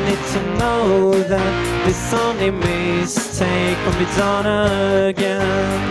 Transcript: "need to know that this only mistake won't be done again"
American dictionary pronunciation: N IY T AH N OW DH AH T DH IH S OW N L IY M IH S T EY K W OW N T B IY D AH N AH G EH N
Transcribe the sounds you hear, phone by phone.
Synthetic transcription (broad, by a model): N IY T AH N OW DH AH T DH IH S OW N IY M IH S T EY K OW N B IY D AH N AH G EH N